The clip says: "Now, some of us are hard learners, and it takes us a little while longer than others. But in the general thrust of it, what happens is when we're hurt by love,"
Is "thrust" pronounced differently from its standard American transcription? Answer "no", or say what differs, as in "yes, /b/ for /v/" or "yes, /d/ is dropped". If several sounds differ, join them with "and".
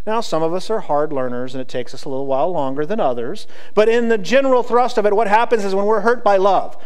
no